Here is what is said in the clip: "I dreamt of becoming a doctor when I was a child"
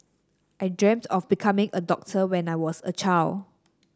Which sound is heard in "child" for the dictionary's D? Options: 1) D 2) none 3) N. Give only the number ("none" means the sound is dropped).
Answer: 2